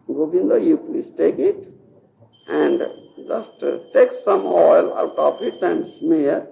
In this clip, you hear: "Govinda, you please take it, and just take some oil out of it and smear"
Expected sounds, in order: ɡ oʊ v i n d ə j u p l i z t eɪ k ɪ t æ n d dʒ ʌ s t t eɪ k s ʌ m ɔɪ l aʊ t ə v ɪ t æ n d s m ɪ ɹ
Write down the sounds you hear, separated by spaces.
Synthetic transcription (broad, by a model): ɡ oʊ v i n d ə j u p l i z t eɪ k ɪ t æ n d dʒ ʌ s t t eɪ k s ʌ m ɔɪ l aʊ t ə p ɪ t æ n d s m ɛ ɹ